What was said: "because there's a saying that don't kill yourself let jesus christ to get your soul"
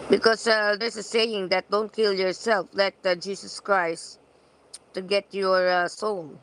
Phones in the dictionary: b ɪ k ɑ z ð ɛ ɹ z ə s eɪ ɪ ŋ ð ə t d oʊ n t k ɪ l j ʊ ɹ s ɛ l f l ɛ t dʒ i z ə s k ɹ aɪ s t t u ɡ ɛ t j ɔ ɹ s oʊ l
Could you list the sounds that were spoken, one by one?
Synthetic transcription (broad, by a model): b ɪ k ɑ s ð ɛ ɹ s ə s eɪ ɪ ŋ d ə t d oʊ n t k ɪ l j ʊ ɹ s ɛ l f l ɛ t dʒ i s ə s k ɹ aɪ s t t u ɡ ɛ t j ɔ ɹ s oʊ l